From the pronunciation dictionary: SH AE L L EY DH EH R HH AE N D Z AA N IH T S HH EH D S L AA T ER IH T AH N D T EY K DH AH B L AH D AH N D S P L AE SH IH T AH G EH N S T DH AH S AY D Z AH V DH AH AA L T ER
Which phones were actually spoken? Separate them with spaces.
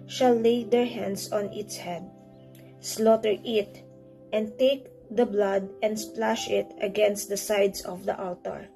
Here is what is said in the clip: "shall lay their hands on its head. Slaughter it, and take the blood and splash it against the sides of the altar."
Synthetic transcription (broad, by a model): SH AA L L EY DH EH R HH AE N D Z AA N IH T S HH EH D S L AA T ER IH T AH N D T EY K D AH B L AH D AH N D S P L AE SH IH T AH G EH N S T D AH S AY D S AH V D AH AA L T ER